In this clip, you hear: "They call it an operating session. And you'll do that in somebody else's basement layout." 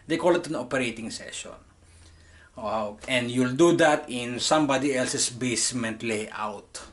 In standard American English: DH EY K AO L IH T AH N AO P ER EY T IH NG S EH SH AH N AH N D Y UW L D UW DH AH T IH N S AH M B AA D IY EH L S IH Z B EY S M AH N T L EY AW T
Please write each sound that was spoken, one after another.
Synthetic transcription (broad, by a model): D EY K AO L IH T AH N AO P ER EY T IH NG S EH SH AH N AH N D Y UW L D UW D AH T IH N S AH M B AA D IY EH L S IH S B EY S M AH N T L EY AW T